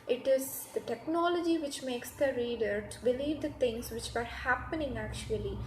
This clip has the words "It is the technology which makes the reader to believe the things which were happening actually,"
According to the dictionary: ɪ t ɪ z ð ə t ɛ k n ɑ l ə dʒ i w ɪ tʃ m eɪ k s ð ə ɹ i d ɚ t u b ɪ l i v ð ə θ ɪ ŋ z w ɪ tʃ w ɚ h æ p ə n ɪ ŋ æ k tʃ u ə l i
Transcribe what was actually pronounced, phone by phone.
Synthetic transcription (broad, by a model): ɪ t ɪ z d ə t ɛ k n ɑ l ə dʒ i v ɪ tʃ m eɪ k s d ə ɹ i d ɚ t u b ɪ l i v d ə t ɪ ŋ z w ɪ tʃ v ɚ h æ p ə n ɪ ŋ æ k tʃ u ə l i